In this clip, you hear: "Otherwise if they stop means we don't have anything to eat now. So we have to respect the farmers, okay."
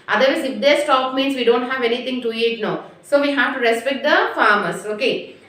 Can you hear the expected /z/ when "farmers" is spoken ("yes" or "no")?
no